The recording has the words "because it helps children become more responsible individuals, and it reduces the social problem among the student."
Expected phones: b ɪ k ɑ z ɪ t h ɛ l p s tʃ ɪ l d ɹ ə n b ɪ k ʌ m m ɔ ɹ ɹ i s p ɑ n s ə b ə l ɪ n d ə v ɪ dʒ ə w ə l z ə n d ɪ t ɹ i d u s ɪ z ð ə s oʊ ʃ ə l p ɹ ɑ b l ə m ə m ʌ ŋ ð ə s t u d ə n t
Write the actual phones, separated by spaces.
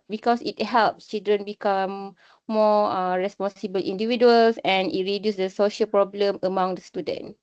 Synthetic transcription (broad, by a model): b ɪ k ɑ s ɪ t h ɛ l p s tʃ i l d ɹ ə n b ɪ k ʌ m m ɔ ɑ ɹ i s p ɑ n s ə b ə l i n d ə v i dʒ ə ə l s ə n ɪ t ɹ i d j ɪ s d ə s oʊ ʃ ə l p ɹ ɑ b l ə m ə m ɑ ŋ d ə s t u d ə n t